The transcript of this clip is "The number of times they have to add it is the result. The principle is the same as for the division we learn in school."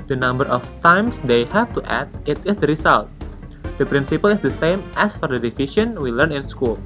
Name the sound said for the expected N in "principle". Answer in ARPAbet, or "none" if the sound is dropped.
N